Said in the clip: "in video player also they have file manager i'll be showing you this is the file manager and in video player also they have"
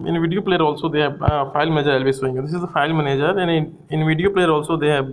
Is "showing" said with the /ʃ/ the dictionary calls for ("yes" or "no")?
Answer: no